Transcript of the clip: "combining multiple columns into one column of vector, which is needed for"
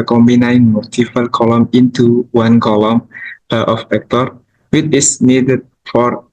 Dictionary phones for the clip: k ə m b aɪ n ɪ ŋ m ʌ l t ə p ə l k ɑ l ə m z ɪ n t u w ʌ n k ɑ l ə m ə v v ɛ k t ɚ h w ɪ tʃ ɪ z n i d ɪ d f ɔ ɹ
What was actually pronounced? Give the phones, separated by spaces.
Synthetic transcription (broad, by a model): k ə m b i n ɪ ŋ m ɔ t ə f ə l k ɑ l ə m ɪ n t u w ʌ n k ɑ l ə m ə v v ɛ k t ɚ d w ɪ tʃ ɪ s n i d ɪ d f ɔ ɹ